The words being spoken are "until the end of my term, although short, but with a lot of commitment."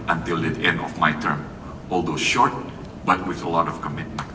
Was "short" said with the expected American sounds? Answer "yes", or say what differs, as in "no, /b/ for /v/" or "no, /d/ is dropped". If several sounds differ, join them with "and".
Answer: yes